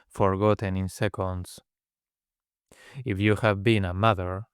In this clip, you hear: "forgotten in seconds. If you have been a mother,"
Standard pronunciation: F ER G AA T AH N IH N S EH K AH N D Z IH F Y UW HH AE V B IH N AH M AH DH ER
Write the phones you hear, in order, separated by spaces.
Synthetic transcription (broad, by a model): F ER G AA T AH N IH N S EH K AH N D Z IH F Y UW HH AE V B IH N AH M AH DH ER